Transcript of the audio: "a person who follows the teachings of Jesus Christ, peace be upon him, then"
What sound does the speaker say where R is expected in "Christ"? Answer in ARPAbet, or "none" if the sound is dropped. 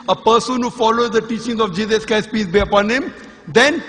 none